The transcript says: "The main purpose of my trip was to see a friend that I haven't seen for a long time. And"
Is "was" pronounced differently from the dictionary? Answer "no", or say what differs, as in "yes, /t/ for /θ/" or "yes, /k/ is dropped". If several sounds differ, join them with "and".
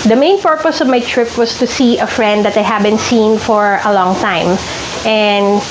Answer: yes, /s/ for /z/